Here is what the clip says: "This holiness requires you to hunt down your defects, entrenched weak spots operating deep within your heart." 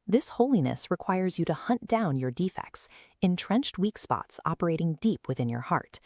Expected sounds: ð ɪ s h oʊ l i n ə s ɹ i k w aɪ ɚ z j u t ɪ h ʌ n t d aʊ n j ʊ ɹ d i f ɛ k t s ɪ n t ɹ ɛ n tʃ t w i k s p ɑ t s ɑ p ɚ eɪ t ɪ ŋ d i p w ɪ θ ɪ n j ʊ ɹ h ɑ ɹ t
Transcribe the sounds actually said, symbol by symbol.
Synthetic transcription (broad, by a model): ð ɪ s h oʊ l i n ə s ɹ i k w aɪ ɚ z j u t ɪ h ʌ n d aʊ n j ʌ ɹ d i f ɛ k t s ɪ n t ɹ ɛ n tʃ t w i k s p ɑ t s ɑ p ɚ eɪ t ɪ ŋ d i p w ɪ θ ɪ n j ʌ ɹ h ɑ ɹ t